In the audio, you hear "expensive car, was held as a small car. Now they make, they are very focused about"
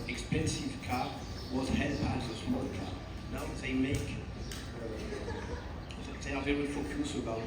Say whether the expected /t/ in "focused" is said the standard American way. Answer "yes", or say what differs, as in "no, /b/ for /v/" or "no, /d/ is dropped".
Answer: no, /t/ is dropped